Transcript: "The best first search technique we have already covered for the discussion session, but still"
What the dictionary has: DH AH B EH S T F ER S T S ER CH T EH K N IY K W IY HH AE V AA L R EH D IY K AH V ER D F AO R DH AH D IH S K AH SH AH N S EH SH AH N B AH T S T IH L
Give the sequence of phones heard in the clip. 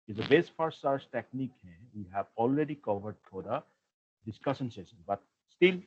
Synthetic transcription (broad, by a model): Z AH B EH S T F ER T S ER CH T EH K N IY K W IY HH AE V AA L R EH D IY K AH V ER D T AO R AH D IH S K AH SH AH N S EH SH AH N B AH T S T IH L